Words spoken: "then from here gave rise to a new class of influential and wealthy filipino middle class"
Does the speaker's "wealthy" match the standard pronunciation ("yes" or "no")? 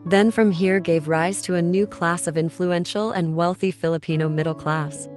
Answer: yes